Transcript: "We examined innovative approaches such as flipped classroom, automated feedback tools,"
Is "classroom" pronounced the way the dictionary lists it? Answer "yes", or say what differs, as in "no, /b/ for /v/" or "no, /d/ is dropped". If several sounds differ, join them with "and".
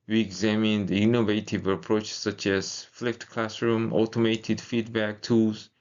yes